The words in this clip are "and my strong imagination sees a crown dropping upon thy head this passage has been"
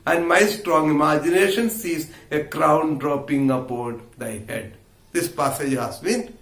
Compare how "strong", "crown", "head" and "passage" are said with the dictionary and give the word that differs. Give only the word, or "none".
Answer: none